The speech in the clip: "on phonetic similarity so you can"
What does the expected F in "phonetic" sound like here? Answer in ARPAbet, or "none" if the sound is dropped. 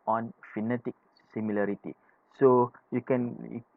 F